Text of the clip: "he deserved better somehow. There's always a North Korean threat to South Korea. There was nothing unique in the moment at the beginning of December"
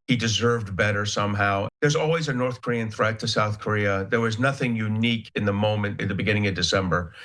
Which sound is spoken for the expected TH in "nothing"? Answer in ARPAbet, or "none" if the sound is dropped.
TH